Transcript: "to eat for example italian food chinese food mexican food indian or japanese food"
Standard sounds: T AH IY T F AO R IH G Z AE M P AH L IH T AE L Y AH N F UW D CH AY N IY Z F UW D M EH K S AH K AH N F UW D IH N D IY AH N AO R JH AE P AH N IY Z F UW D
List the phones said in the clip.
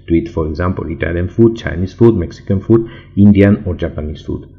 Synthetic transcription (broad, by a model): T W IY T F AO R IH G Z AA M P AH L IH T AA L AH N F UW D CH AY N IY S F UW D M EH K S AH K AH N F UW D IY N D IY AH N AO R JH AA P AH N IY S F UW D